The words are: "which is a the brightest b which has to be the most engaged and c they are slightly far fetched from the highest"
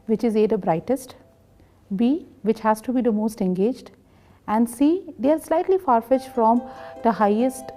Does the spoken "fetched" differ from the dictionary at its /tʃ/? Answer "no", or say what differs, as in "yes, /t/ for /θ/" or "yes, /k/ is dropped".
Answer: yes, /ʃ/ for /tʃ/